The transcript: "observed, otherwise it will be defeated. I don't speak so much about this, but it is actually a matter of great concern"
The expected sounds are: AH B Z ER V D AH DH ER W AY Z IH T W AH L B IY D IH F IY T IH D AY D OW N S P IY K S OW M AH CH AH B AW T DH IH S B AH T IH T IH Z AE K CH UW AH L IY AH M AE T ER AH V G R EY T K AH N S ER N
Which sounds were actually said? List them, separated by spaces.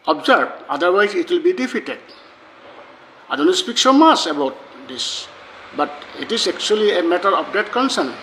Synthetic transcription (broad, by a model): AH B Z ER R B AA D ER W AY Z IH T W AH L B IY D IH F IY T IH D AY D OW N S P IY K S OW M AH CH AH B AW T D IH S B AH T IH T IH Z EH K CH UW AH L IY AH M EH T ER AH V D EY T K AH N S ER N